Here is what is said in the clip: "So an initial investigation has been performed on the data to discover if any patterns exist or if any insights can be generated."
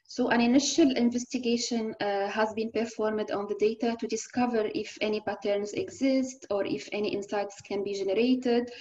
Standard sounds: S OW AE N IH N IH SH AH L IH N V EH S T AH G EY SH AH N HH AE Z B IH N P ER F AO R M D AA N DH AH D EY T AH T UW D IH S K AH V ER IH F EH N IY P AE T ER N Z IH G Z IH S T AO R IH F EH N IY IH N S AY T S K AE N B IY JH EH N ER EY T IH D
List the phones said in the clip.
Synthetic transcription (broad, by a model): S OW AE N IH N IH SH AH L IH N V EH S T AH G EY SH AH N HH AE Z B IH N P ER F AO R M D AA N DH AH D EY T AH T UW D IH S K AH V ER IH F EH N IY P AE T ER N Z IH G Z IH S T AO R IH F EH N IY IH N S AY T S K AE N B IY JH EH N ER EY T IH D